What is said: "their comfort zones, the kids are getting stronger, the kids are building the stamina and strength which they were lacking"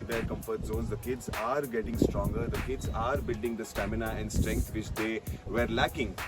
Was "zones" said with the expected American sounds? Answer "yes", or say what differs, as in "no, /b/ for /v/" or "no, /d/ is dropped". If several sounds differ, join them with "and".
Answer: no, /n/ is dropped